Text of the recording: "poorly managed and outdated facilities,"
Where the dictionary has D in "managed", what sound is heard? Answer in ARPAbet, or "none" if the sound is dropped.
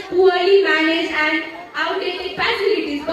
none